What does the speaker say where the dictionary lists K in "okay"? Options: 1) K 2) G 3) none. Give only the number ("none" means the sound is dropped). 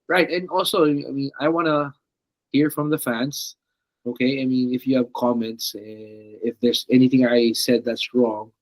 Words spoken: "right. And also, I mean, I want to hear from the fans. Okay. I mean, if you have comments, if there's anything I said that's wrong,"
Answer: 1